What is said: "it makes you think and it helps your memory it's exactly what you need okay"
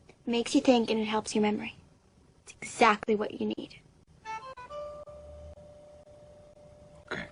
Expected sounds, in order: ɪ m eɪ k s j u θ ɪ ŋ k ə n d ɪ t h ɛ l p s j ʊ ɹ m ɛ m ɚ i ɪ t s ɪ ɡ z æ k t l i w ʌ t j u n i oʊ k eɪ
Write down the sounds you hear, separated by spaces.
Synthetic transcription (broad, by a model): m eɪ k s j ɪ θ ɪ ŋ k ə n ɪ t h ɛ l p s j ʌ ɹ m ɛ m ɚ i ɪ t s ɪ ɡ z æ k t l i w ʌ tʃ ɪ n i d